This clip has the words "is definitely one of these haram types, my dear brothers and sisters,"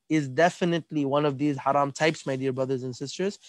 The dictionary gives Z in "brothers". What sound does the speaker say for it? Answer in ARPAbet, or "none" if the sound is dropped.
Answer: Z